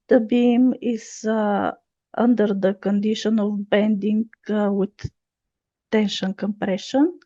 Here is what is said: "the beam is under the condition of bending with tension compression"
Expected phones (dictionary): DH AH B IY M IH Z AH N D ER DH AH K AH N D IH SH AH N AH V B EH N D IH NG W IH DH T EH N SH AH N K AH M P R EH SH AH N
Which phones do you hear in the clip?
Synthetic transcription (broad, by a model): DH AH B IY M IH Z AH N D ER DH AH K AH N D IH SH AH N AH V B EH N D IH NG W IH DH T EH N SH AH N K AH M P R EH SH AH N